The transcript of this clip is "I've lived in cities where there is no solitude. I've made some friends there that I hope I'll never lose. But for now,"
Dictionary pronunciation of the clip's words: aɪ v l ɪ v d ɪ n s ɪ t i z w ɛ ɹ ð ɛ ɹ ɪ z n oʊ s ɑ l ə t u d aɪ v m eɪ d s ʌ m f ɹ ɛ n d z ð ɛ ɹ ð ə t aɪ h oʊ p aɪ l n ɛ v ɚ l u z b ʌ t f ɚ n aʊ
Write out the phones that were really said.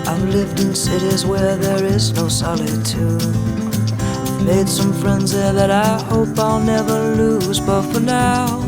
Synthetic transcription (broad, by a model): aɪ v l ɪ v d ɪ n s ɪ t i z w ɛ ɹ ð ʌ ɹ ɪ z n oʊ s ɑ l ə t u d m eɪ d s ʌ m f ɹ ɛ n d z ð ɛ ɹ ð ə t aɪ h oʊ p aɪ l n ɛ v ɚ l u z b ʌ t f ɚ n aʊ